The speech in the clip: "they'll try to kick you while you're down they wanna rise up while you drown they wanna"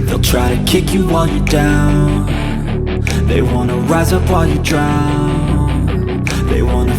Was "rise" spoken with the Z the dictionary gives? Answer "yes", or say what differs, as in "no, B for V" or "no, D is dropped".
yes